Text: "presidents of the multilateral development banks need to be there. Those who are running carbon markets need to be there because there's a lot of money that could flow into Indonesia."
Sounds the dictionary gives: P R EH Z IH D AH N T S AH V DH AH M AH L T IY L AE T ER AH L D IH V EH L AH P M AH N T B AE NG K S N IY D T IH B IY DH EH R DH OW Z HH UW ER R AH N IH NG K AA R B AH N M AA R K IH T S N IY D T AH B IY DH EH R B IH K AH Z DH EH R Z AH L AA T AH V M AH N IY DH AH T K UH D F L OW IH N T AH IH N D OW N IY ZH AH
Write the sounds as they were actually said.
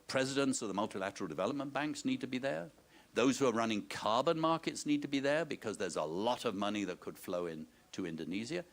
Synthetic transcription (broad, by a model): P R EH Z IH D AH N T S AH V DH AH M AH L T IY L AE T ER L D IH V EH L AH P M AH N B AE NG K S N IY D T IH B IY DH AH R DH OW Z HH UW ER R AH N IH NG K AA R B AH N M AA R K IH T S N IY D T AH B IY DH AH R B IH K AH Z DH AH R Z AH L AA T AH V M AH N IY DH AH T K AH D F L OW IH N T AH IH N D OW N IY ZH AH